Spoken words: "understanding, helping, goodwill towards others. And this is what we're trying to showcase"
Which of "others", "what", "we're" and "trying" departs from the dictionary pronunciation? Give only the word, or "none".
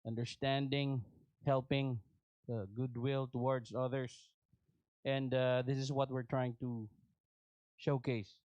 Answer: others